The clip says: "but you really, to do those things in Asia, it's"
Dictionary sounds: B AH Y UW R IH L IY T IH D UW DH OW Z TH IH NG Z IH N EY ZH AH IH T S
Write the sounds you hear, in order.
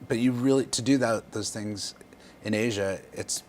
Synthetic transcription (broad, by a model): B AH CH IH R IH L IY T IH D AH DH OW Z TH IH NG Z IH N EY ZH AH IH T S